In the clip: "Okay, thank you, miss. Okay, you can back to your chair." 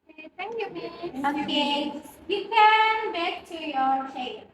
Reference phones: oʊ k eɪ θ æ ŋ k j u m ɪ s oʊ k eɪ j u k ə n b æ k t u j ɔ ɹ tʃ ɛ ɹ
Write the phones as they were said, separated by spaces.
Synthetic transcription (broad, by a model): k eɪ t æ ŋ k j u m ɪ oʊ k eɪ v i k ə n b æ k t u j ɔ ɹ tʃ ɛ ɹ